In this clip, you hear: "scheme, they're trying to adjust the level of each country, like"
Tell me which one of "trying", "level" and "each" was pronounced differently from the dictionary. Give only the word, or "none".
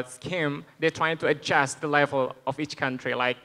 none